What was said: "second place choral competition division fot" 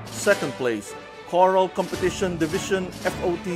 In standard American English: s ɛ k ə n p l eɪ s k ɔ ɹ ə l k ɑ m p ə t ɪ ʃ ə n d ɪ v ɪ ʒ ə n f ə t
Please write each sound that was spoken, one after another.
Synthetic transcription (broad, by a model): s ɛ k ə n p l eɪ s k ɔ ɹ ə l k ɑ m p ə t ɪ ʃ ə n d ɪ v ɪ ʃ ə n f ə t